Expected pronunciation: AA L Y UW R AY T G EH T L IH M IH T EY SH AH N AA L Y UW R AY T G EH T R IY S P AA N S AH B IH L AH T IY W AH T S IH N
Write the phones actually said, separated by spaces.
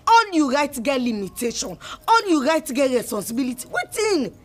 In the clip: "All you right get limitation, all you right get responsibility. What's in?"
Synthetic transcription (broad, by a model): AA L Y UW R AY T G EH T L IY M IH T EY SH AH N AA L Y UW R AY T G EH T R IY S P AA N S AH B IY L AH T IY W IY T IH N